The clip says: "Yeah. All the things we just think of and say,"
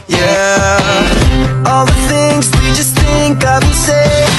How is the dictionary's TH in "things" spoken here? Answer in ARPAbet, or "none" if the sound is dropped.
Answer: TH